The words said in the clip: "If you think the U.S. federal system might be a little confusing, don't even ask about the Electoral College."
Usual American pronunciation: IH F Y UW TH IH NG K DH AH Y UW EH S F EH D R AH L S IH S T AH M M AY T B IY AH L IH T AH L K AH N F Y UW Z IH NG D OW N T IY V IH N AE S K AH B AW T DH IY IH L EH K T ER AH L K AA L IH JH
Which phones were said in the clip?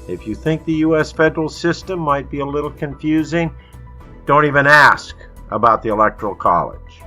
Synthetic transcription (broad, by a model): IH F Y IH TH IH NG K DH AH Y UW EH S F EH D R L S IH S T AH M M AY T B IY AH L IH T L K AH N F Y UW Z IH NG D OW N T IY V IH N AE S K AH B AW T DH IY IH L EH K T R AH L K AA L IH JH